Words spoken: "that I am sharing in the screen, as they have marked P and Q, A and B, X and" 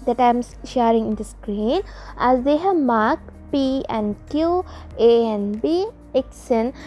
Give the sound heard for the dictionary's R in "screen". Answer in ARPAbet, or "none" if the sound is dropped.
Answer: R